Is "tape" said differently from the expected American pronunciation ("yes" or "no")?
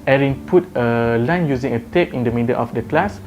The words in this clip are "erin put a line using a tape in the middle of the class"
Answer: no